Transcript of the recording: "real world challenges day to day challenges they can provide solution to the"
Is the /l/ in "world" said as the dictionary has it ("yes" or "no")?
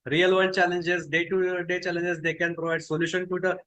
no